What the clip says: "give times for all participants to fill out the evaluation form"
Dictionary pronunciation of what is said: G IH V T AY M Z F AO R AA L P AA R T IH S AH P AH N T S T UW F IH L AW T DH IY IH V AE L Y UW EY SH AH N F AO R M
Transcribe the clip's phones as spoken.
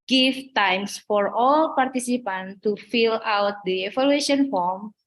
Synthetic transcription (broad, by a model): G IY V T AY M S F AO R AA L P AA R T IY S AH P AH N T T UW F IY L AW T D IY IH F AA L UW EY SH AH N F AO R M